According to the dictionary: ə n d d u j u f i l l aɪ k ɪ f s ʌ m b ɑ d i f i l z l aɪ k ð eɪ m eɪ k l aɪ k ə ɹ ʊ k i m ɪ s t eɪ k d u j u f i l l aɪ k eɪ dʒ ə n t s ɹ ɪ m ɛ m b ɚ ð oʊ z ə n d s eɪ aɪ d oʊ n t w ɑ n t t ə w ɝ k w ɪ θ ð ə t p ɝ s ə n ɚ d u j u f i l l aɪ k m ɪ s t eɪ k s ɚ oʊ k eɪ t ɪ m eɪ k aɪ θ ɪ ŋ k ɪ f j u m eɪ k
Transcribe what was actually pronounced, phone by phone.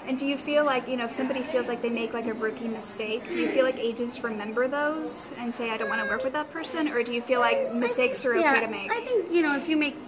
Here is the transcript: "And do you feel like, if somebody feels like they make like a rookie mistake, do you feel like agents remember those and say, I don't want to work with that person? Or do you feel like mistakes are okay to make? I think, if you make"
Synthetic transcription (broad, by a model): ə n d d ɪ j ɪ f i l l aɪ k ɪ f s ʌ m b ɑ d i f i l z l aɪ k ð eɪ m eɪ k l aɪ k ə ɹ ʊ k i m ɪ s t eɪ k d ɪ j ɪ f i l l aɪ k eɪ dʒ ə n t s ɹ ɪ m ɛ m b ɚ ð oʊ z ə n s eɪ aɪ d oʊ n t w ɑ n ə w ɝ k w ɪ ð ə t p ɝ s ə n ɚ d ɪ j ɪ f i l l aɪ k m ɪ s t eɪ k s ɚ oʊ eɪ t ɪ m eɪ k aɪ θ ɪ ŋ k ɪ f j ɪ m eɪ k